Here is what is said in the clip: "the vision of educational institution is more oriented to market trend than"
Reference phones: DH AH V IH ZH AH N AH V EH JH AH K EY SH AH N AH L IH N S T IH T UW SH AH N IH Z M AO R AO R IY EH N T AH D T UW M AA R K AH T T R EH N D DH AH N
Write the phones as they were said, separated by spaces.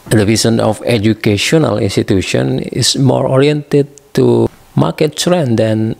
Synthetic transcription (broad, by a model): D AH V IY S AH N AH F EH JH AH K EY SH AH N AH L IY N S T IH T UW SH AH N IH S M AO R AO R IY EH N T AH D T UW M AA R K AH T S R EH N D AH N